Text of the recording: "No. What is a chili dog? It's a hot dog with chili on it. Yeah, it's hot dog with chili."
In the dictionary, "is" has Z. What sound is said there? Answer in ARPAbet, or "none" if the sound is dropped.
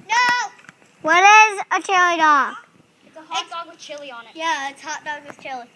Z